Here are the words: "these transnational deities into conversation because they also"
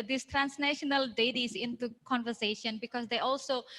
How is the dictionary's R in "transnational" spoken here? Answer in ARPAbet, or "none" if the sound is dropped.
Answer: R